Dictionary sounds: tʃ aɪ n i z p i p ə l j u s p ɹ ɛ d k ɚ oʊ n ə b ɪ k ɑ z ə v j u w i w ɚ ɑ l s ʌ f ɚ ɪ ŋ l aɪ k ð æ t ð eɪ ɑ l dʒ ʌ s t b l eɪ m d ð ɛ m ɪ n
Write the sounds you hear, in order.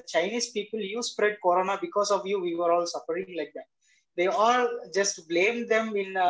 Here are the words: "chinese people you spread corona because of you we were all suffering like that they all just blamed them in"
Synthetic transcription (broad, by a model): tʃ aɪ n i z p i p ə l j u s p ɹ ɛ d k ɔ oʊ n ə b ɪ k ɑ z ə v j u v i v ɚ ɑ l s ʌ p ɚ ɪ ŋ l aɪ k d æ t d eɪ ɑ l dʒ ʌ s t b l eɪ m d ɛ m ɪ n